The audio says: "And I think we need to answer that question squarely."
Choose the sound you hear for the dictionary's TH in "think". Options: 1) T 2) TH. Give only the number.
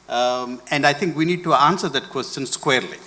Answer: 1